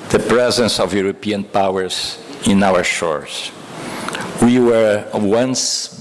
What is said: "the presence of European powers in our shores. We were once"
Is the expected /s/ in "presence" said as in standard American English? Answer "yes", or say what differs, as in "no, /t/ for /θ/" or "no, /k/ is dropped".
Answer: yes